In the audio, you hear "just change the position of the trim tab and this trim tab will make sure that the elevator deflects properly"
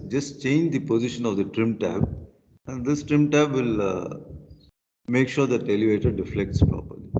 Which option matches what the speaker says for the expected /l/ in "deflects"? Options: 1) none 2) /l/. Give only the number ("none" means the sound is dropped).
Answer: 2